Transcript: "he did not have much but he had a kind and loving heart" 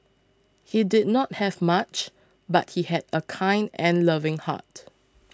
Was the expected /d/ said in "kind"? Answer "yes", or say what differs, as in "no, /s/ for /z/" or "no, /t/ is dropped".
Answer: yes